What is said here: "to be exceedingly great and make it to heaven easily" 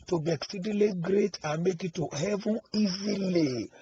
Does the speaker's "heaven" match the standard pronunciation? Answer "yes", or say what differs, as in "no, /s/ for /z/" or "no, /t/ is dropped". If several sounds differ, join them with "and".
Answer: no, /n/ is dropped